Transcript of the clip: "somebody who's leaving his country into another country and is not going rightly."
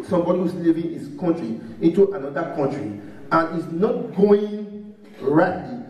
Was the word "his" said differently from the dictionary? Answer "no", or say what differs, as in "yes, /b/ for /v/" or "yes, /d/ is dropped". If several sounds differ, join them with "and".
yes, /s/ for /z/